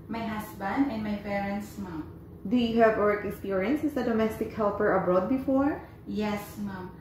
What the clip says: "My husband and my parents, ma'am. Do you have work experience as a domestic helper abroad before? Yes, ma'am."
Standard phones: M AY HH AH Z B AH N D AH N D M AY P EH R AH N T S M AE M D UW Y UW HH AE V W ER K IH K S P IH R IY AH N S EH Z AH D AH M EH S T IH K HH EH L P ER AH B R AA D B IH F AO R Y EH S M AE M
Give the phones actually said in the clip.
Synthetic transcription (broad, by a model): M AY HH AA S B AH N D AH N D M AY P EH R AH N T S M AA M D UW Y UW HH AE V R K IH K S P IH R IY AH N S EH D AH D AH M EH S T IH K HH EH L P ER AH B R AA D B IH F AO R Y EH S M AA M